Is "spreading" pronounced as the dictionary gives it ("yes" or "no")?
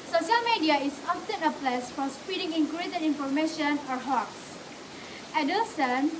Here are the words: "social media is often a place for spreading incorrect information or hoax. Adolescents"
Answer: no